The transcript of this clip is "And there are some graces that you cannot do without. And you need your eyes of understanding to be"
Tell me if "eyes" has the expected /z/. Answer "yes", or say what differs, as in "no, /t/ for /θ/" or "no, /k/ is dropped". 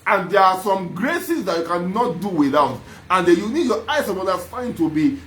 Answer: no, /s/ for /z/